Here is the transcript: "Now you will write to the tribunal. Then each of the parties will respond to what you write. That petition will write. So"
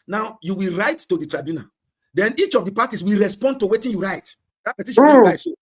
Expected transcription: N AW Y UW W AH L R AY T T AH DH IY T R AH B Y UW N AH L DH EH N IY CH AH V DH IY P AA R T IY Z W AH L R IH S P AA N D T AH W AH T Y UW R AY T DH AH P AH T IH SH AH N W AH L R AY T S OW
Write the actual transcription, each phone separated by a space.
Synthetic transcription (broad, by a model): N AW Y UW W AH L R AY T T AH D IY T R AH B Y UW N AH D EH N IY CH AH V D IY P AA T IY S W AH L R IH S P AA N D T AH W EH T Y UW R AY T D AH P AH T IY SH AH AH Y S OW